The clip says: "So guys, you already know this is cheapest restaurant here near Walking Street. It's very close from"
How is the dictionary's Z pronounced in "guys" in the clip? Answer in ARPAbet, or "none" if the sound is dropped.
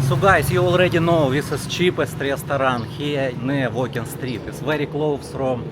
S